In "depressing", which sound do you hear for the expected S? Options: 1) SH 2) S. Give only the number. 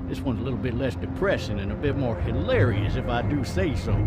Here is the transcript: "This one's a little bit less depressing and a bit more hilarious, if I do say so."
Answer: 1